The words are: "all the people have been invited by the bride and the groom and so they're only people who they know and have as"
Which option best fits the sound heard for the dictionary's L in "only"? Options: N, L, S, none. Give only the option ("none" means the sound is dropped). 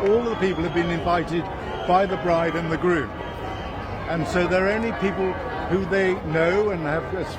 none